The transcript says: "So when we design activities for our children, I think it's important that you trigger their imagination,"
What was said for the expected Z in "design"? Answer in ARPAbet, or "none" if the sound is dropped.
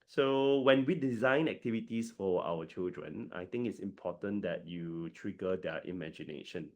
Z